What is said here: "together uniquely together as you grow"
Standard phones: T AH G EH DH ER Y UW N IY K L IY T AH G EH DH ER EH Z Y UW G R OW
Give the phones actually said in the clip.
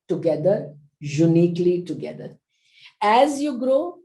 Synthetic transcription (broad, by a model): T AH G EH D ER Y UW N IY K L IY T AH G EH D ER EH Z Y UW G R OW